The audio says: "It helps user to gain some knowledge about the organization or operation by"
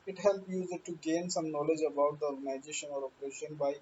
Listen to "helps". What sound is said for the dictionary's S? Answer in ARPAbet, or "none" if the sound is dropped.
none